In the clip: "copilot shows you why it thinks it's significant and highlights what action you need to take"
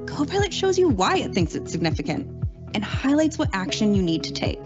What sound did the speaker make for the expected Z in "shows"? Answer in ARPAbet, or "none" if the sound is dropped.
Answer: Z